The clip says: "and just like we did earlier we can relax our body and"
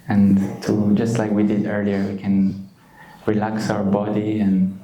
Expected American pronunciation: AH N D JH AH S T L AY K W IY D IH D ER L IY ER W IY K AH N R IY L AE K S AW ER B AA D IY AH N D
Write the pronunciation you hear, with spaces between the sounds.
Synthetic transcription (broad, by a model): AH N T JH AH S T L AY K W IY D IH D ER L IY ER W IY K AH N R IY L AE K S AW ER B AA D IY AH N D